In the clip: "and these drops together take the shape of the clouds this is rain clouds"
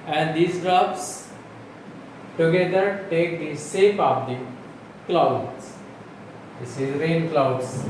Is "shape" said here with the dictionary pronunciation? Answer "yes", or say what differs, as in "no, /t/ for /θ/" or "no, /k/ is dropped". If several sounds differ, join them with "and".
no, /s/ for /ʃ/